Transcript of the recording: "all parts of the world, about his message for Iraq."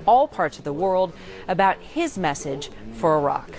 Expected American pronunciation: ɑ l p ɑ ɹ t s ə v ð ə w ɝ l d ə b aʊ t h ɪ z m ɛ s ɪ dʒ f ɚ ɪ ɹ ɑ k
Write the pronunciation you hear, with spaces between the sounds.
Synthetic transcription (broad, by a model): ɑ l p ɑ ɹ t s ə v ð ə w ɝ l d ə b aʊ t h ɪ z m ɛ s ɪ dʒ f ɚ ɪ ɹ ɑ k